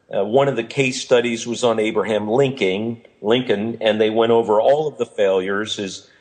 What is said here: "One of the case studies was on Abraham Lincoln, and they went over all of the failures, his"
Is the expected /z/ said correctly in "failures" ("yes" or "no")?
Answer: yes